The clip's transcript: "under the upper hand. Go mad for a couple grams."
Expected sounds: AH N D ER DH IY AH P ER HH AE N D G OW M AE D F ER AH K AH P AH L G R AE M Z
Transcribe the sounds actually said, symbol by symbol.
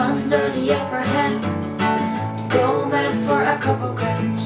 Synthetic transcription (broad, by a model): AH N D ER DH IY AH P ER HH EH D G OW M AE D F ER AH K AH P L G R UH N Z